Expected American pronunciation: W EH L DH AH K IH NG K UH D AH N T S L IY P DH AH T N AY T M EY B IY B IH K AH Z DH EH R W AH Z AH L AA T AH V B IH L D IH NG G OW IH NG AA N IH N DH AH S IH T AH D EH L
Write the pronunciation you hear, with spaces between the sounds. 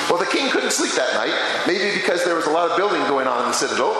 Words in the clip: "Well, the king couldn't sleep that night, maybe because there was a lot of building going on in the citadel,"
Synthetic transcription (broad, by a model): W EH L DH AH K IH NG K UH D N T S L IY P DH AH T N AY T M EY B IY B IH K AH Z DH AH R W AH Z AH L AA T AH V B IH L D IH NG G OW IH NG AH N IH N DH AH S IH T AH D L